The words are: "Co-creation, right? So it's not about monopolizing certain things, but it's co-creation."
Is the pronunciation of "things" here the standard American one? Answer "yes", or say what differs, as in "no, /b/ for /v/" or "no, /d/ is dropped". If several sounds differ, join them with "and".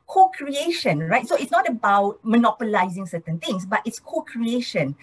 no, /t/ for /θ/ and /s/ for /z/